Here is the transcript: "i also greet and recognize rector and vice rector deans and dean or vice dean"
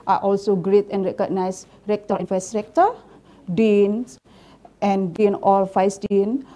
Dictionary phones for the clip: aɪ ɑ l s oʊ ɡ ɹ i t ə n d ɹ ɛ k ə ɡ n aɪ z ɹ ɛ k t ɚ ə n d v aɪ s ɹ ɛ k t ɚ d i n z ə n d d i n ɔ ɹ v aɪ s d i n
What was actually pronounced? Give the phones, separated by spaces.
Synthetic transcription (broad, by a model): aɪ ɑ l s oʊ ɡ ɹ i t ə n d ɹ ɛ k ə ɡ n aɪ s ɹ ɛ k t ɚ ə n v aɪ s ɹ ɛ k t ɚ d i n s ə n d d i n ɔ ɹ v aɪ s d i n